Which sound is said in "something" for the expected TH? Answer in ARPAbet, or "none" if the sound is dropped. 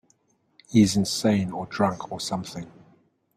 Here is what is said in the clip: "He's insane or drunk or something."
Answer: TH